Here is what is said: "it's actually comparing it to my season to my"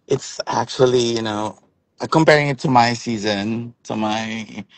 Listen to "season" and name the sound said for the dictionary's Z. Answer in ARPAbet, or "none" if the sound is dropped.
Z